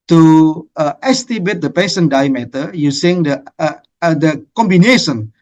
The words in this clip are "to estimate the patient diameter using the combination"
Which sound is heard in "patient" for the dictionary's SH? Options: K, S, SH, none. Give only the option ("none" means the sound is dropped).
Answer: S